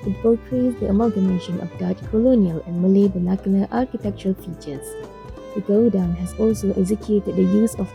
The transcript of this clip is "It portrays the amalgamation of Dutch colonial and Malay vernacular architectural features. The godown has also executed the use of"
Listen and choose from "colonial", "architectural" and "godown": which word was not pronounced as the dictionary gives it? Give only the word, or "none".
none